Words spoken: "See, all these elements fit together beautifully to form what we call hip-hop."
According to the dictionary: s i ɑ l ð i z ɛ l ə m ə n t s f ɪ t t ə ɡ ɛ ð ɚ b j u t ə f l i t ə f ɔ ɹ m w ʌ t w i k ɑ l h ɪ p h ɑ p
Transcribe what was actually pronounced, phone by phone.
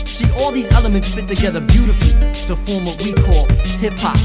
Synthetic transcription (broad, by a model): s i ɑ l ð i z ɛ l ə m ə n t s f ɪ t t ə ɡ ɛ ð ɚ b j u t ə f l i t ə f ɔ ɹ m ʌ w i k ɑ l h ɪ p h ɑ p